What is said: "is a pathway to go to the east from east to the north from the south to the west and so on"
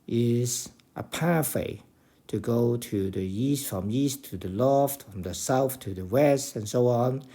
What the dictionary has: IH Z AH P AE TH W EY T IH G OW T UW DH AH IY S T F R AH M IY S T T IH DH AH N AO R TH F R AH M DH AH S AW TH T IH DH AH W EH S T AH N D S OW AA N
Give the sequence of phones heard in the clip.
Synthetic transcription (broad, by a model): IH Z AH P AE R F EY T IH G OW T UW DH AH IY S T F R AH M IY S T T IH DH AH L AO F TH F R AH M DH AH S AW TH T IH DH AH W EH S T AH N S OW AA N